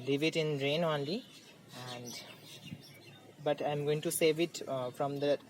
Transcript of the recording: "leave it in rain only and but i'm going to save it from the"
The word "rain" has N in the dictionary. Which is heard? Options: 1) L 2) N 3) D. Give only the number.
2